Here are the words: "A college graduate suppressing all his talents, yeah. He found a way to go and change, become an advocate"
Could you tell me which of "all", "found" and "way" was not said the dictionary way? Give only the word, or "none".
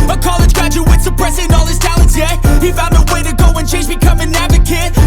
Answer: found